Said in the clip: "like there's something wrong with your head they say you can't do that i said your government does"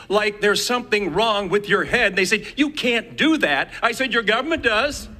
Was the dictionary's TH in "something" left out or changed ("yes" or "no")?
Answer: no